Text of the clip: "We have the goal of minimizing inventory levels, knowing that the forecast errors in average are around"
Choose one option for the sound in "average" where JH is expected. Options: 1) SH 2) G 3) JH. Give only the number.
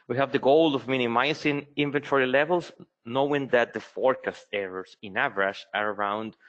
1